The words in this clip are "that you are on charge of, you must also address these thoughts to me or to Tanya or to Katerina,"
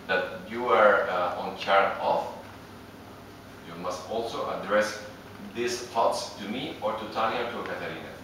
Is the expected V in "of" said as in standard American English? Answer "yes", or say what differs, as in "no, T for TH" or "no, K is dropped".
no, F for V